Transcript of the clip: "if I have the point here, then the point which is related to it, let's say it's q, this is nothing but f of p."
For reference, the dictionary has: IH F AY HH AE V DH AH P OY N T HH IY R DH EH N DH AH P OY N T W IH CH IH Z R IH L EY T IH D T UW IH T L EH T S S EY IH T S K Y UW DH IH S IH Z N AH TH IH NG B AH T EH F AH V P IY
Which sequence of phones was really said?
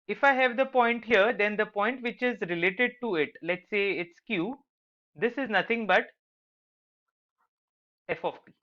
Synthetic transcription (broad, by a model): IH F AY HH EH V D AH P OY N T HH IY R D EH N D AH P OY N T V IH CH IH Z R IH L EY T IH D T UW IH T L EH T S S EY IH T S K Y UW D IH S IH Z N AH T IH NG B AH T EH F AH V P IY